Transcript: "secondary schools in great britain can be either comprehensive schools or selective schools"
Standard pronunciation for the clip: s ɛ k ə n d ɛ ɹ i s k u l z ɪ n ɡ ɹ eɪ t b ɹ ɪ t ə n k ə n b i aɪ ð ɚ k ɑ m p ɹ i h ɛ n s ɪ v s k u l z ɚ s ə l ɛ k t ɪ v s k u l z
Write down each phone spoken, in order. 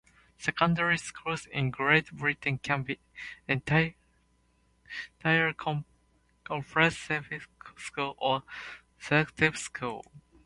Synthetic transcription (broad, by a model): s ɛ k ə n d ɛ ɹ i s k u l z ɪ n ɡ ɹ eɪ t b ɹ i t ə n k ə n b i aɪ ɚ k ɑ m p ɹ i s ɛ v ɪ s k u l ɚ s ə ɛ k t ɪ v s k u l